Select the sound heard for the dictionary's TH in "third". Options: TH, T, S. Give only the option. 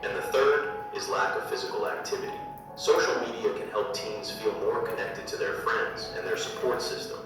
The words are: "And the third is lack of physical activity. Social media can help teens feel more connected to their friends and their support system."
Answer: TH